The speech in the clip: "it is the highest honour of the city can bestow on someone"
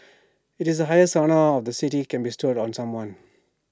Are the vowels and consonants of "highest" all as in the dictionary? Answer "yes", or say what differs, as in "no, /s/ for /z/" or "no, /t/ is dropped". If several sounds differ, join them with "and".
no, /t/ is dropped